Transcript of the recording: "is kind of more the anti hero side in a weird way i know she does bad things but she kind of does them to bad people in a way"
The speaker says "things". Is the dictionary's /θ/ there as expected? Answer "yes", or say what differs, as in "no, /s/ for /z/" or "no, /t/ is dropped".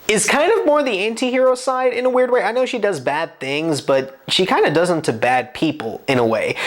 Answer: yes